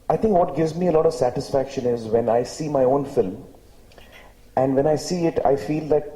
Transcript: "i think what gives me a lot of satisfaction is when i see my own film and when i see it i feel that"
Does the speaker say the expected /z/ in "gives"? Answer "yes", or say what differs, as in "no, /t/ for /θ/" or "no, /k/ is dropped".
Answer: yes